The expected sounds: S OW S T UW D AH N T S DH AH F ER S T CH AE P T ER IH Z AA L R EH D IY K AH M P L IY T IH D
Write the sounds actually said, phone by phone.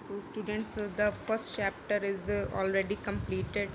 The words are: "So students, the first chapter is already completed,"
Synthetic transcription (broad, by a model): S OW S T UW D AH N T S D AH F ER S T CH AE P T ER IH Z AA L R EH D IY K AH M P L IY T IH D